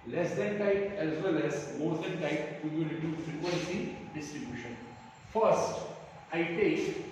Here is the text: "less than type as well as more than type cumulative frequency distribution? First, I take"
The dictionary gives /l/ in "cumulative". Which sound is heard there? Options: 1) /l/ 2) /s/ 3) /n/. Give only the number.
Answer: 3